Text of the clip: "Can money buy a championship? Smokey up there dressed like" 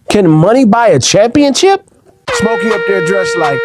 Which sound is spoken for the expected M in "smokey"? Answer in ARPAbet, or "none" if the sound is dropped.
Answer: M